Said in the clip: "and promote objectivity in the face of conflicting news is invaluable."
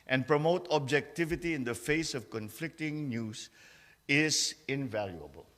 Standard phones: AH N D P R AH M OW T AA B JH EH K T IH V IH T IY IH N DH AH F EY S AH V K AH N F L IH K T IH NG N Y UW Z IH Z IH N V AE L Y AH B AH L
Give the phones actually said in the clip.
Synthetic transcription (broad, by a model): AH N P R AH M OW T AA B JH EH K T IH V IH T IY IH N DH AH F EY S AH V K AH N F L IH K T IH NG N Y UW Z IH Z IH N V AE L Y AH B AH L